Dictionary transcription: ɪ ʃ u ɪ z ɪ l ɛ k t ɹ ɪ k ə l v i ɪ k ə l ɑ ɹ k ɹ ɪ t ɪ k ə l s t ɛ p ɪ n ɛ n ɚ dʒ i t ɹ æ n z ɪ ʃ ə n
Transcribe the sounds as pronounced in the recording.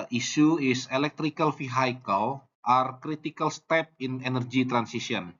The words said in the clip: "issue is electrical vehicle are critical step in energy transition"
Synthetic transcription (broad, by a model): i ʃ u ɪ s ɪ l ɛ k t ɹ ɪ k ə l f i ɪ k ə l ɑ ɹ k ɹ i t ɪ k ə l s t ɛ p ɪ n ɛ n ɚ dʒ i t ɹ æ n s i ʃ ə n